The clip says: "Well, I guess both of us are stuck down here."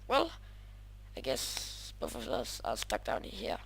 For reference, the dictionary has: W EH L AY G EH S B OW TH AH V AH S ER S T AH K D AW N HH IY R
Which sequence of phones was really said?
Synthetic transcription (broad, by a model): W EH L AY G EH S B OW F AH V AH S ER S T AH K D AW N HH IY